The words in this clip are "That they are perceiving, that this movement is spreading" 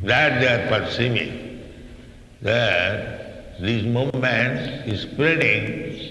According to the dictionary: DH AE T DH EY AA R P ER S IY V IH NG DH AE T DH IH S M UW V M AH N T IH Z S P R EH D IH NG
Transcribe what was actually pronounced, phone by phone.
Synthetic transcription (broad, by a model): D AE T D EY AA R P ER S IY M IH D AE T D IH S M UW M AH N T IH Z S P R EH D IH NG